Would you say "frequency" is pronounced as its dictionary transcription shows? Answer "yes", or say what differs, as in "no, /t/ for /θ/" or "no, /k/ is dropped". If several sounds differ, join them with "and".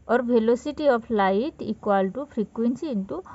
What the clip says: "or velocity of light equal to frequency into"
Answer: no, /p/ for /f/